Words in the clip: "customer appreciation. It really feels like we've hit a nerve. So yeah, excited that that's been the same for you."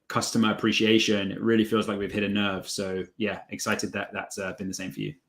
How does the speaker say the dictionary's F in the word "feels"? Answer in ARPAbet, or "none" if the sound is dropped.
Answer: F